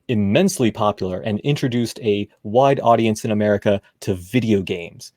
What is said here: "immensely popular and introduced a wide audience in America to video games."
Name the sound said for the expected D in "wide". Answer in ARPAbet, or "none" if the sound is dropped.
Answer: D